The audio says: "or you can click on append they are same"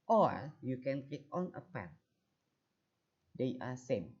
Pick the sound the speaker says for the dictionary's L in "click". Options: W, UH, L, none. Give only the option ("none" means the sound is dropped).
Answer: none